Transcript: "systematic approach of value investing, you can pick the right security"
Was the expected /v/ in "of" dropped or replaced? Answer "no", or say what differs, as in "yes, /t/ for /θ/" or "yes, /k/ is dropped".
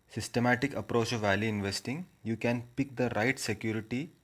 no